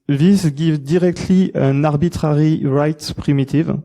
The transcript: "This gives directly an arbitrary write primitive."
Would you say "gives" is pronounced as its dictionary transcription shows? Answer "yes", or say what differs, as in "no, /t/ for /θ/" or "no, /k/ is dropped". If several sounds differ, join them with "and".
no, /z/ is dropped